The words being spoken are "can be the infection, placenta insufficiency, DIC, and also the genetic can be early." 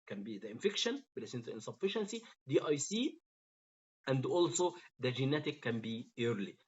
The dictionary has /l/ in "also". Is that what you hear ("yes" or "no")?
yes